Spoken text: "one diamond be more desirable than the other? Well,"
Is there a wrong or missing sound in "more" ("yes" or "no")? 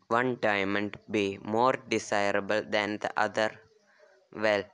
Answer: no